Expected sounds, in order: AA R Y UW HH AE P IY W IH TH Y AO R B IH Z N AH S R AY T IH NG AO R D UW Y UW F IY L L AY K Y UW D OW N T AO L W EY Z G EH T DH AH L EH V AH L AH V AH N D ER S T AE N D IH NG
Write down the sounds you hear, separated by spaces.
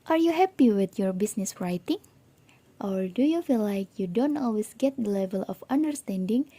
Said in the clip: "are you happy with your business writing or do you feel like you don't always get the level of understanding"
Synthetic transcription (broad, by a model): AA R Y UW HH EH P IY W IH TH Y AO R B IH S N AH S R AY T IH NG AO R D UW Y UW F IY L L AY K Y UW D OW N T AO L W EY S G EH T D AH L EH V AH L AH F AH N D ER S T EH N D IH NG